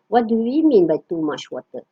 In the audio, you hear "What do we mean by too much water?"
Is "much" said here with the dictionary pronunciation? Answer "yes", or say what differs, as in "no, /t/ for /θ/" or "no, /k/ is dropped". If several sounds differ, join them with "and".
no, /ʃ/ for /tʃ/